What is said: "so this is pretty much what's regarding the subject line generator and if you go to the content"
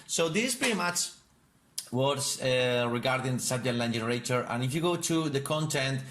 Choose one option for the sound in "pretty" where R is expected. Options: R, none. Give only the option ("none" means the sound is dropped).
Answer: none